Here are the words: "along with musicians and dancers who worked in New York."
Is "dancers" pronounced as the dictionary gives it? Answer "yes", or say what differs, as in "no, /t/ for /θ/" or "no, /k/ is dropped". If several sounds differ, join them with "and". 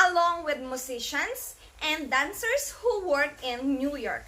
no, /s/ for /z/